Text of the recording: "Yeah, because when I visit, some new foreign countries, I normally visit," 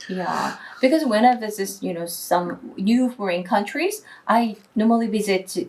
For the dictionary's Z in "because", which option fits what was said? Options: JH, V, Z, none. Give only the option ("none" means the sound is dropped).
Z